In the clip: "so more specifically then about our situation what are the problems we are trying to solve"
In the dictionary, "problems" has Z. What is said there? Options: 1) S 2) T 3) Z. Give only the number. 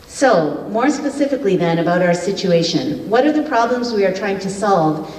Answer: 3